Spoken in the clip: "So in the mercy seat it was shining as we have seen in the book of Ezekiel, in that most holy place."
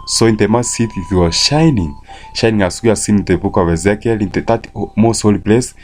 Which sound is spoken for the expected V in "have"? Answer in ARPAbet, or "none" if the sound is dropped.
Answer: W